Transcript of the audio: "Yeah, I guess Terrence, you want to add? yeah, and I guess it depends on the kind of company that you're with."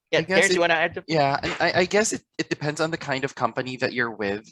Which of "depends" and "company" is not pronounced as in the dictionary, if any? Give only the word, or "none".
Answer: none